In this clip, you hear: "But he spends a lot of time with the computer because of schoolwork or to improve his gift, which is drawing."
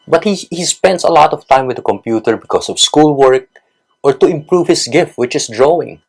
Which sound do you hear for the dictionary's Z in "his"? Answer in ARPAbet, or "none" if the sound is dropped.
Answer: S